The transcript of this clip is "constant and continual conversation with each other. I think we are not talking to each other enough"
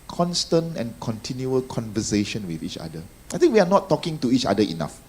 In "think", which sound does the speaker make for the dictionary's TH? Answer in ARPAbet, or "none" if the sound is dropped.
T